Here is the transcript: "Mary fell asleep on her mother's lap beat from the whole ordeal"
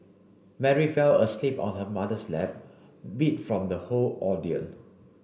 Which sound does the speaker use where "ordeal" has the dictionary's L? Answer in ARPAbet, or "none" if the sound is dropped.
N